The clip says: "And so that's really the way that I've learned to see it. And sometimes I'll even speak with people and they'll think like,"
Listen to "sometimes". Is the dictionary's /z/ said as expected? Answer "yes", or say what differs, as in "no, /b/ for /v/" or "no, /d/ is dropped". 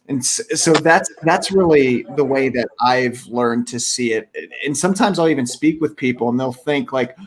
yes